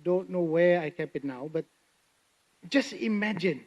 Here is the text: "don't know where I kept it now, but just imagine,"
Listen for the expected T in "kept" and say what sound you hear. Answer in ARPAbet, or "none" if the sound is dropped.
none